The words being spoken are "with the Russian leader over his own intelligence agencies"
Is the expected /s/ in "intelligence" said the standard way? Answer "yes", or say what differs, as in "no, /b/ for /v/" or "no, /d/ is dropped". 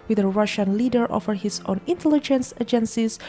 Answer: yes